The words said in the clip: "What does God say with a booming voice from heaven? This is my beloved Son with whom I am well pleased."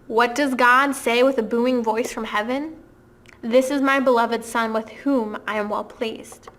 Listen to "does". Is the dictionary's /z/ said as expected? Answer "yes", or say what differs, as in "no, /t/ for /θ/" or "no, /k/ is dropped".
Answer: yes